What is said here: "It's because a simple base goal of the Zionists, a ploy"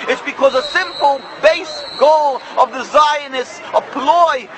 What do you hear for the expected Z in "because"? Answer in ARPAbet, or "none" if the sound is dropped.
Z